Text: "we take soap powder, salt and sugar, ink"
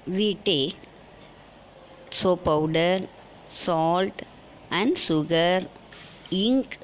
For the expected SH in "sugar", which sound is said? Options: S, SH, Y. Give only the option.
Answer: S